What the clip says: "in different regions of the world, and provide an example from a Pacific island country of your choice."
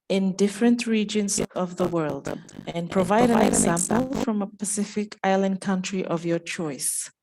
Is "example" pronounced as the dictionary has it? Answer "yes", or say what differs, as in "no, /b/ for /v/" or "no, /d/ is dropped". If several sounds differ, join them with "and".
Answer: yes